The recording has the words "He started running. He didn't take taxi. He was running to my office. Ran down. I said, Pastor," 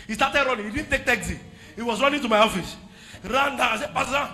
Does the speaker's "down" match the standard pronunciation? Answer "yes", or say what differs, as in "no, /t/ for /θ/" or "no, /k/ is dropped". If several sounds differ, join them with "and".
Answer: no, /n/ is dropped